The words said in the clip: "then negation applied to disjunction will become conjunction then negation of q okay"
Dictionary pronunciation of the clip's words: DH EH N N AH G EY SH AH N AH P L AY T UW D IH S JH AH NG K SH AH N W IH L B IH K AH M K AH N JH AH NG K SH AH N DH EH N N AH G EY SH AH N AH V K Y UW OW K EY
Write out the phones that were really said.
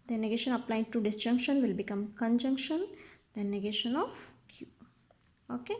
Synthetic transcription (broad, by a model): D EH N N AH G EY SH AH N AH P L AY T UW D IH S JH AH NG K SH AH N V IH L B IH K AH M K AH N JH AH NG K SH AH N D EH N N AH G EY SH AH N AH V K Y UW OW K EY